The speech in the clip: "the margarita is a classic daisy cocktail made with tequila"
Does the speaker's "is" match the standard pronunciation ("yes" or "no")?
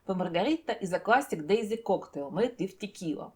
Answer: yes